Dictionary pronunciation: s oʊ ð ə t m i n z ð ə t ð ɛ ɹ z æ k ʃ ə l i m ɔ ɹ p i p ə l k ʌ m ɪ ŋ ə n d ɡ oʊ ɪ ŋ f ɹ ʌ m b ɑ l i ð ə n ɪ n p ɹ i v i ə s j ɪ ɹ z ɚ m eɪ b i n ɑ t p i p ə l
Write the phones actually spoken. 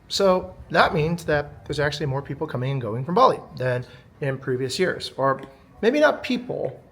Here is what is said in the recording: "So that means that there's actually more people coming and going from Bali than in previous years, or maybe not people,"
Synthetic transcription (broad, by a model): s oʊ ð ə t m i n z ð ə t ð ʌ ɹ z æ k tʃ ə l i m ɔ ɹ p i p l k ʌ m ɪ ŋ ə n ɡ oʊ ɪ ŋ f ɹ ʌ m b ɑ l i ð ə n ɪ n p ɹ i v i ə s j ɪ ɹ z ɚ m eɪ b i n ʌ t p i p l